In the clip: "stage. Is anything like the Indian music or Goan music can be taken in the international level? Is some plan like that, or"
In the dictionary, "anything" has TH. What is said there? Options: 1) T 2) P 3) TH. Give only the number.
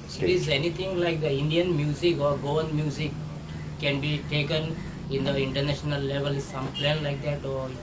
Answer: 1